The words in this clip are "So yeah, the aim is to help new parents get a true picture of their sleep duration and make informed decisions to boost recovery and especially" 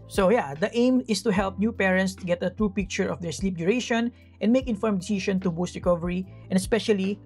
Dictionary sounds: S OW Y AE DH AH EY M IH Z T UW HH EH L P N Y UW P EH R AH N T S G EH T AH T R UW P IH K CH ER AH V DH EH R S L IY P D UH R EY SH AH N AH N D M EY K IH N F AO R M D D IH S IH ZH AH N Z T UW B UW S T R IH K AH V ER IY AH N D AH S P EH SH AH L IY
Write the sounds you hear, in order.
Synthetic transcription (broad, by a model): S OW Y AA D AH EY M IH S T UW HH EH L P N Y UW P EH R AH N T S G EH T AH T R UW P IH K CH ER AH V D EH R S L IY P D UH R EY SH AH N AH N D M EY K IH N F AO R M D D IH S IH SH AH N T UW B UW S T R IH K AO V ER IY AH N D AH S P EH SH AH L IY